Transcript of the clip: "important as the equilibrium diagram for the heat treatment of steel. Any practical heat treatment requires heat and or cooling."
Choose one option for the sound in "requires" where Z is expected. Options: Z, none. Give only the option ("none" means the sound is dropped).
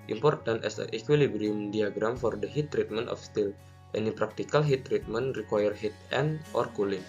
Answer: none